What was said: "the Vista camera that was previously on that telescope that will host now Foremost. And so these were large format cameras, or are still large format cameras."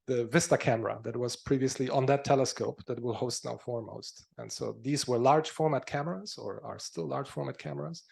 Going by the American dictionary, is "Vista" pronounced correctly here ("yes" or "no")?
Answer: yes